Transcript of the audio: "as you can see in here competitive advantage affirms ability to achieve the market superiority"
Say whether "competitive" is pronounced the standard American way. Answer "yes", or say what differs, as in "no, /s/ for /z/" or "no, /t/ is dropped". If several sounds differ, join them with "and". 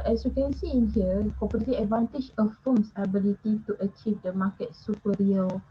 no, /v/ is dropped